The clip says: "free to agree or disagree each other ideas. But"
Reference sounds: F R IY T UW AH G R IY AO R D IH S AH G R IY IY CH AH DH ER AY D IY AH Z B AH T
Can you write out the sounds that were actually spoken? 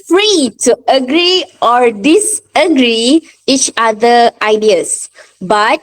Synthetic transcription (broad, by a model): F R IY T UW AH G R IY AO R D IH S AH G R IY IY CH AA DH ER AY D IY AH S B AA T